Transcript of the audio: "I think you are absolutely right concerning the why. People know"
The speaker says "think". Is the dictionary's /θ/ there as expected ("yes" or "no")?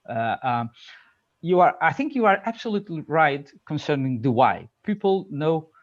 yes